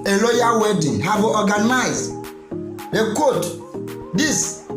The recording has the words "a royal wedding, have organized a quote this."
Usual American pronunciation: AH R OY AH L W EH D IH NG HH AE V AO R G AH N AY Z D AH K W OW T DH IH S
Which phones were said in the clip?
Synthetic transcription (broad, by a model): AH L OY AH W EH D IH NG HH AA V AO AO G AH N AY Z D AH K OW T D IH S